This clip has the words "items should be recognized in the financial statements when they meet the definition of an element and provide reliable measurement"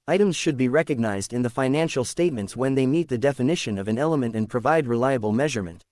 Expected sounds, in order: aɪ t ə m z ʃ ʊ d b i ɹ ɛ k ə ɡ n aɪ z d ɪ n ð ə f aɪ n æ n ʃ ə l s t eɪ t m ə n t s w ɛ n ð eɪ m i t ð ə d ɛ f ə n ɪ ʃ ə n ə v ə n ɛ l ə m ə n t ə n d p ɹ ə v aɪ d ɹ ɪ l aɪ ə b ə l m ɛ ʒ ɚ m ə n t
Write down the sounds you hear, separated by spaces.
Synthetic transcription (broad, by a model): aɪ t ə m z ʃ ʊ d b i ɹ ɛ k ə ɡ n aɪ z d ɪ n ð ə f aɪ n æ n ʃ l s t eɪ t m ə n t s w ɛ n ð eɪ m i t ð ə d ɛ f ə n ɪ ʃ ə n ə v ə n ɛ l ə m ə n t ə n p ɹ ə v aɪ d ɹ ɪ l aɪ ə b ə l m ɛ ʒ ɚ m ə n t